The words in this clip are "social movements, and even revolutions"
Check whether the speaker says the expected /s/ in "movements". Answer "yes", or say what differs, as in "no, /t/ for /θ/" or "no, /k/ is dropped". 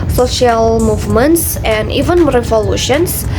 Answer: yes